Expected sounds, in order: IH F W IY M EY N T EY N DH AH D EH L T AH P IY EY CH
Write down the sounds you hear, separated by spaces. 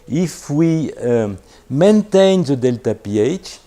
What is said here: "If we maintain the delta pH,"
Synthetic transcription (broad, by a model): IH F W IY M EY N T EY N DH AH D EH L T AH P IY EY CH